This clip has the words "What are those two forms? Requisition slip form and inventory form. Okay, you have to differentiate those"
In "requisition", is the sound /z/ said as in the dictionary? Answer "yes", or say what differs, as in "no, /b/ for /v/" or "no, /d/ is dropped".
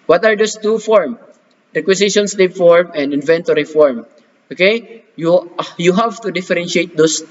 no, /s/ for /z/